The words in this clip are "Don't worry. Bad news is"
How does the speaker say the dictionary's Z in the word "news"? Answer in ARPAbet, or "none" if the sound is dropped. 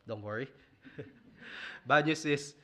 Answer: S